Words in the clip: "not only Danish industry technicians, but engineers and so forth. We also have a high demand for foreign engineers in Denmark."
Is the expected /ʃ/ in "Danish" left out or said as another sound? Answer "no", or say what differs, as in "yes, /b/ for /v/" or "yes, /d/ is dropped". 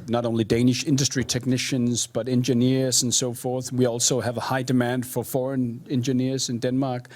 no